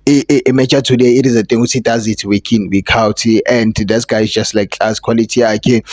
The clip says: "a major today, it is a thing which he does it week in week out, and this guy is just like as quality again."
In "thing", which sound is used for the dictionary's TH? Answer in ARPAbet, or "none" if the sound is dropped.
T